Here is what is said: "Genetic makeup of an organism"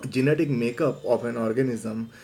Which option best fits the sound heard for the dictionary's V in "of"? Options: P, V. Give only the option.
P